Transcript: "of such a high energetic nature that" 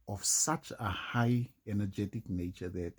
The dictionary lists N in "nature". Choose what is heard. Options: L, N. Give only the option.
N